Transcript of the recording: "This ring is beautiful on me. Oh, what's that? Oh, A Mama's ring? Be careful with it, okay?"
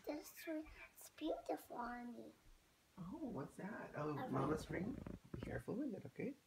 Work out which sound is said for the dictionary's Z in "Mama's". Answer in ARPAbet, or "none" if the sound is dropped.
S